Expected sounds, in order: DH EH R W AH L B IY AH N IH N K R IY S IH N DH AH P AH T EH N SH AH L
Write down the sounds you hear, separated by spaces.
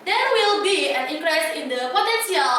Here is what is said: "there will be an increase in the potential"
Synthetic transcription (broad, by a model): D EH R W AH L B IY AH N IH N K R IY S IH N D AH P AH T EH N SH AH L